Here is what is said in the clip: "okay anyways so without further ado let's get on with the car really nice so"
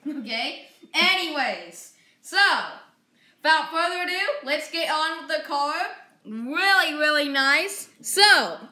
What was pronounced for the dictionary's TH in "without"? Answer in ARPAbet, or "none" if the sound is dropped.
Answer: F